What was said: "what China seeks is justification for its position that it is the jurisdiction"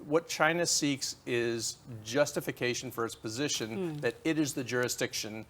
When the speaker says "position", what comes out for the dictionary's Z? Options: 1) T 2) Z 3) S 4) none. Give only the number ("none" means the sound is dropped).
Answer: 2